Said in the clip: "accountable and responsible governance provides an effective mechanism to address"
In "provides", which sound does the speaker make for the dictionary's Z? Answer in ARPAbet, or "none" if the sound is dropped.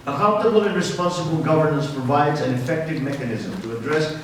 Z